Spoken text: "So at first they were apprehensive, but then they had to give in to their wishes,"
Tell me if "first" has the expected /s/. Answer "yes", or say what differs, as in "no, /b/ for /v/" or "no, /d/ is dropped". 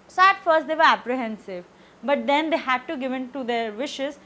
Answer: yes